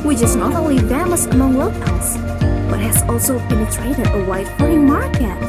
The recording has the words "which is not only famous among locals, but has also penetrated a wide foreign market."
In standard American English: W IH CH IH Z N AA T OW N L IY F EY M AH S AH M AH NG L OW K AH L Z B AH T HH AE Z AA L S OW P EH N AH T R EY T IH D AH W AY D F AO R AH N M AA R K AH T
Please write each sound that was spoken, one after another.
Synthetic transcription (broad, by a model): W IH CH IH Z N AA T OW N L IY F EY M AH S AH M AH NG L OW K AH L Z B AH T HH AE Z AA L S OW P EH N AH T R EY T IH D AH W AY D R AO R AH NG M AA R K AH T